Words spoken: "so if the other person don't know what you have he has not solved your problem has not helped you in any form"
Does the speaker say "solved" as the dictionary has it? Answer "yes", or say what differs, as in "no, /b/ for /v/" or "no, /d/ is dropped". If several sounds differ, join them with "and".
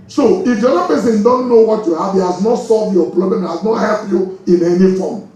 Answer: yes